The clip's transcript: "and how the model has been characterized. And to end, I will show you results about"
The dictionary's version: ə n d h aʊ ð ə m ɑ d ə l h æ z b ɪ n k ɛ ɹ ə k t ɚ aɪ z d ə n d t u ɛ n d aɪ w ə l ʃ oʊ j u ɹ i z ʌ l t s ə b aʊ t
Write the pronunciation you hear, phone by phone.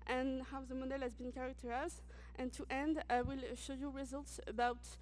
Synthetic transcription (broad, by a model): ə n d h aʊ ð ə m ɑ d ə l h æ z b ɪ n k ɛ ɹ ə k t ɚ aɪ z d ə n t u ɛ n d w ə l ʃ oʊ j u ɹ i z ʌ l t s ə b aʊ t